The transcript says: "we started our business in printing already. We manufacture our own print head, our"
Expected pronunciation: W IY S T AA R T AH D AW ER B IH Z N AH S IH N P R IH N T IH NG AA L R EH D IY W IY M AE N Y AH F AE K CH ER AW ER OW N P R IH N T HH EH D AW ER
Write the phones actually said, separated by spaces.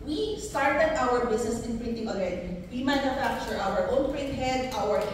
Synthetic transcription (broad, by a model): W IY S T AA R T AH D AW ER B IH S N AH S IH N P R IH N T IH NG AA L R EH D IY W IY M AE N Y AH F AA K CH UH AW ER OW N P R IH N T HH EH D AW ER